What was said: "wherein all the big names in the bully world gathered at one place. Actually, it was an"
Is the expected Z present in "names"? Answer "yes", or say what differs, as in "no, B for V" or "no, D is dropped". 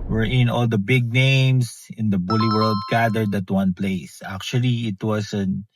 no, S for Z